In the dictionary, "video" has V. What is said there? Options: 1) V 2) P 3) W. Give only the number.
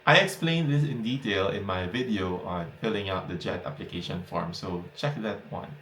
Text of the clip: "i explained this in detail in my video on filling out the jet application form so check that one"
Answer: 1